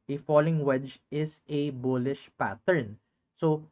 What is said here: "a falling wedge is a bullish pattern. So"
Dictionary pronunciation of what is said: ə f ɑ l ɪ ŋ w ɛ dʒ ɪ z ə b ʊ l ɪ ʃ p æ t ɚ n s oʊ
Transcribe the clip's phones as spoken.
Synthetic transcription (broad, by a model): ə f ɑ l ɪ ŋ w ɛ dʒ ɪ s ə b ʊ l ɪ ʃ p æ t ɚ n s oʊ